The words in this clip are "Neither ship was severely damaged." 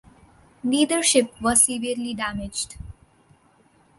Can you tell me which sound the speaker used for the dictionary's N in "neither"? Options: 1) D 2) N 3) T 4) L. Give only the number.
4